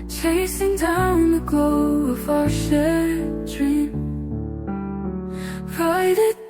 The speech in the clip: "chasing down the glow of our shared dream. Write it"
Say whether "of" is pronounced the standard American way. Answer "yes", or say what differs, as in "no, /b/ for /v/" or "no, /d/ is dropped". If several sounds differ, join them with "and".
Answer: no, /f/ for /v/